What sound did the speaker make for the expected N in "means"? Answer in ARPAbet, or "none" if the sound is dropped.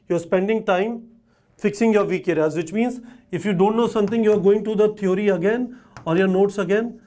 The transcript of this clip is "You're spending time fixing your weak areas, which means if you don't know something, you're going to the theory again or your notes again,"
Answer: N